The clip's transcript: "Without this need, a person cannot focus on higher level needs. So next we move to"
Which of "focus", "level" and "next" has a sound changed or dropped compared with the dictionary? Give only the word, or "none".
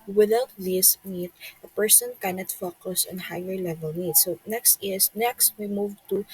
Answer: none